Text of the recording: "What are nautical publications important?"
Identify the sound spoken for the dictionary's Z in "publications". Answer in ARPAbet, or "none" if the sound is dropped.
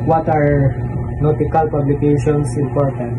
S